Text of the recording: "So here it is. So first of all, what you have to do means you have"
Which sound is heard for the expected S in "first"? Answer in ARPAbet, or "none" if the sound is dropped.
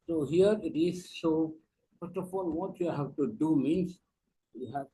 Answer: none